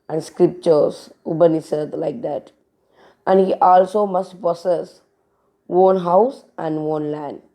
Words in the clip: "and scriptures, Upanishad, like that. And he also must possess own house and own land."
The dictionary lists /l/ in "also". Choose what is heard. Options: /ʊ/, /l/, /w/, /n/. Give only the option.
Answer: /l/